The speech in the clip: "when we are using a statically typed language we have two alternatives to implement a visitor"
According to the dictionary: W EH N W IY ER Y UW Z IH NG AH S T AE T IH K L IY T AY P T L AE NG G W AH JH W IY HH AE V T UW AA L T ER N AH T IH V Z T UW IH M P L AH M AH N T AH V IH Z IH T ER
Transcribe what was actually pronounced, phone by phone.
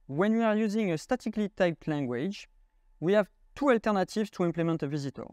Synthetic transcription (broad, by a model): W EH N W IY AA Y UW Z IH NG AH S T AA T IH K L IY T AY P T L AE NG G W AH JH W IY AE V T UW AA L T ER N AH T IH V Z T UW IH M P L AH M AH N T AH V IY Z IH T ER